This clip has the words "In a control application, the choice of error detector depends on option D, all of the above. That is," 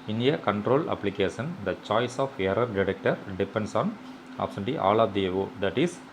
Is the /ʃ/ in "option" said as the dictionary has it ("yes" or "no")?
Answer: no